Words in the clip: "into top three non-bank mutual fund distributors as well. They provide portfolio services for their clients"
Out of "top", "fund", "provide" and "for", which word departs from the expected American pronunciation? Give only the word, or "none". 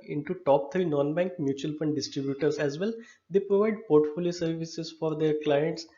none